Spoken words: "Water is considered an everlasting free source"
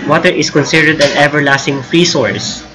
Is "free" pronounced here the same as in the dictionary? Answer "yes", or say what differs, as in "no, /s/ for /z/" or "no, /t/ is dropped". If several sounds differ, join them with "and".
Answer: yes